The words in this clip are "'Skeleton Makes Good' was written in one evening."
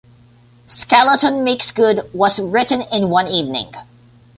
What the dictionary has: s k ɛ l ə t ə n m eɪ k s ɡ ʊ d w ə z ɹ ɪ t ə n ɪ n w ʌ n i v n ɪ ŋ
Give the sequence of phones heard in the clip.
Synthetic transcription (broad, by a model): s k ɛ l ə t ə n m eɪ k s ɡ ʊ d w ə z ɹ ɪ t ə n ɪ n w ʌ n i v n ɪ ŋ